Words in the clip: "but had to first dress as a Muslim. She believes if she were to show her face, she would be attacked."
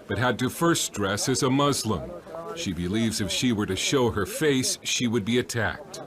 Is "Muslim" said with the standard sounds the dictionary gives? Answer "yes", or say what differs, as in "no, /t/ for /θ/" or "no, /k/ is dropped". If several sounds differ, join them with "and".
yes